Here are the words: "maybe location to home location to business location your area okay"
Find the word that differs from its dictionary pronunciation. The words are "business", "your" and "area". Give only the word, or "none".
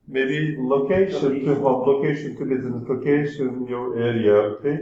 business